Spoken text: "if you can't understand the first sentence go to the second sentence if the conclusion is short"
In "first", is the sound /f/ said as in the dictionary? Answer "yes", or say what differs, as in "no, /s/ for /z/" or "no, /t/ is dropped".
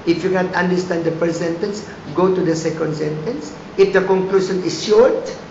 no, /p/ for /f/